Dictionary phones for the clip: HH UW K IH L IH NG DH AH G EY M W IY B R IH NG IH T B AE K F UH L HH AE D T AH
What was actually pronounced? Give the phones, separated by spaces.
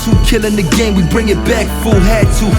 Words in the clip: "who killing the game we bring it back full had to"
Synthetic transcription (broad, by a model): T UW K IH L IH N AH G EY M W IY B R IH NG IH T B AE K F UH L HH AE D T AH